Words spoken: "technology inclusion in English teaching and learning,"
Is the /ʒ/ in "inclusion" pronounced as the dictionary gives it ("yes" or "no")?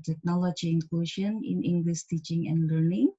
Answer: no